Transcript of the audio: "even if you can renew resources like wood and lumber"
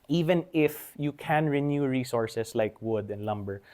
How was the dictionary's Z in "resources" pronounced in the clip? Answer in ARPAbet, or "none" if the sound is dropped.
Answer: S